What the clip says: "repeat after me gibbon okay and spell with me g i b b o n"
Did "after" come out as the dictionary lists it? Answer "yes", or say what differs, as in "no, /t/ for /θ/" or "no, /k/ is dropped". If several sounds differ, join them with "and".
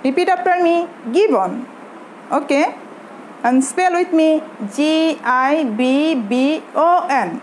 no, /p/ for /f/